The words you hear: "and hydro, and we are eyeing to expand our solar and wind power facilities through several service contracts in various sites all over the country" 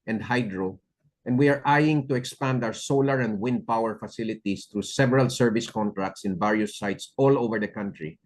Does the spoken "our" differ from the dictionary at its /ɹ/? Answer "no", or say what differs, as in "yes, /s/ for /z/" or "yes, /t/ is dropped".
yes, /w/ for /ɹ/